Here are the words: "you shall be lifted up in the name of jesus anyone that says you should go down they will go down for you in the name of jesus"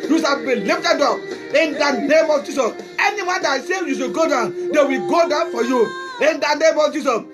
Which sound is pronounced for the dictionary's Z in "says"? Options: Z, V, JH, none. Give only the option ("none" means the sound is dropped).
none